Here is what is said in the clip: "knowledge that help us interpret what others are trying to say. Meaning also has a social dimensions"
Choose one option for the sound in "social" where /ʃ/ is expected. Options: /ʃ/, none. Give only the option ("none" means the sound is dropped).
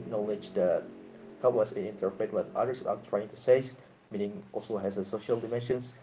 /ʃ/